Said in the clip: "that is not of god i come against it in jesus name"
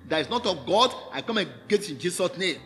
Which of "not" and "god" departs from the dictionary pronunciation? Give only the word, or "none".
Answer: none